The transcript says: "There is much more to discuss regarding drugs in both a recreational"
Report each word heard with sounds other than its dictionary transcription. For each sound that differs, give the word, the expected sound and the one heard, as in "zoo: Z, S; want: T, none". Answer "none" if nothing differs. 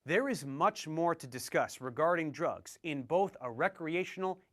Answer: none